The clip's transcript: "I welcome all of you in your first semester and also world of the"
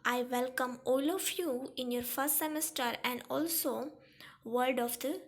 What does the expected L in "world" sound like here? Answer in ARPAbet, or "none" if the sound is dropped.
none